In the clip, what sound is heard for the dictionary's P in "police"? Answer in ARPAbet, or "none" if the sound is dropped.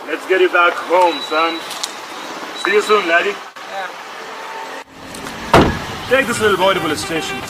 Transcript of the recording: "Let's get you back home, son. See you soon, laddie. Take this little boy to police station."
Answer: B